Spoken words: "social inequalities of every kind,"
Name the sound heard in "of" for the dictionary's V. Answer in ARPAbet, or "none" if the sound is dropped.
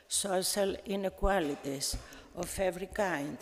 F